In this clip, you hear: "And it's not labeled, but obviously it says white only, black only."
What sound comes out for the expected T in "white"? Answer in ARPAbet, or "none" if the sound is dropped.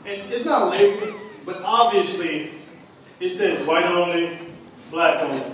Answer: T